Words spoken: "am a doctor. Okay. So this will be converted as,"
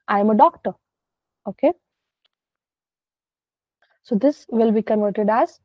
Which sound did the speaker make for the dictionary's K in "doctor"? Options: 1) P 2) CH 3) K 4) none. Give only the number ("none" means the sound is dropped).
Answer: 3